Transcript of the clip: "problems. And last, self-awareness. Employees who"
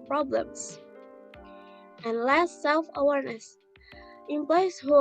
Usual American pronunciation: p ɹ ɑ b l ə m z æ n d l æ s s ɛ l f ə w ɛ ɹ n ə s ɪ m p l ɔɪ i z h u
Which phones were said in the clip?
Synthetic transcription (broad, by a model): p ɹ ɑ b l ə m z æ n l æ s s ɛ l f ə w ɛ ɹ n ə s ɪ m p l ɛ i s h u